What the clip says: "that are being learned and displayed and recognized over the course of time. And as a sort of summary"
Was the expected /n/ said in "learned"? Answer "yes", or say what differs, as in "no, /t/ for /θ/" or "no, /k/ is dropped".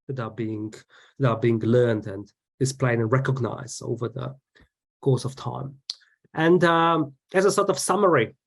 yes